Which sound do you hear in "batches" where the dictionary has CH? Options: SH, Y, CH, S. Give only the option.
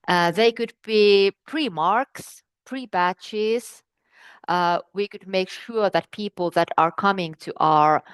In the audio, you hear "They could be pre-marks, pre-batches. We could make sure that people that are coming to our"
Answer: CH